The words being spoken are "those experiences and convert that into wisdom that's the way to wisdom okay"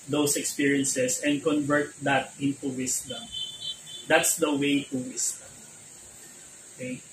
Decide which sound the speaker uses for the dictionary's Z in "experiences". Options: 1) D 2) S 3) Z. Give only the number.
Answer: 2